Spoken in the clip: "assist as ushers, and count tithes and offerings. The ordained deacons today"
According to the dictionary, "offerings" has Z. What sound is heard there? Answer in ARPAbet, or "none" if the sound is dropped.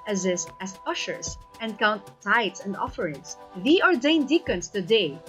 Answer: S